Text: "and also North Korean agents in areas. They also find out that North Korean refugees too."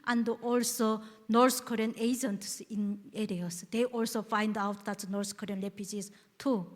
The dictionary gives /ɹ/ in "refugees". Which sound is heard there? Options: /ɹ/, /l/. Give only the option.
/l/